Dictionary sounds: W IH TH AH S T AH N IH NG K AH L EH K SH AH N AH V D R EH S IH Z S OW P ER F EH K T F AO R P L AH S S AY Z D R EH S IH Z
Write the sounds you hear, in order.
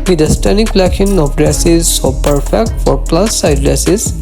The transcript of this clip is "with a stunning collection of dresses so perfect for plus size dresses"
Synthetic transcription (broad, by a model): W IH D AH S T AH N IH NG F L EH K AH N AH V D R EH S IH Z S OW P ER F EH K T F AO R P L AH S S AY D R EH S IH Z